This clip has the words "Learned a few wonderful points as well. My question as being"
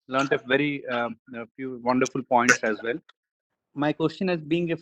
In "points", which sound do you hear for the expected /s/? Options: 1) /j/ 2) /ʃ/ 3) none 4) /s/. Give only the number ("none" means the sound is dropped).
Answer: 4